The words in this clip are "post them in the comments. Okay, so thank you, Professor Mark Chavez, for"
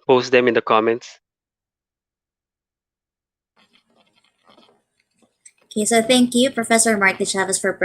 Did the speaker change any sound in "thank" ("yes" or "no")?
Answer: no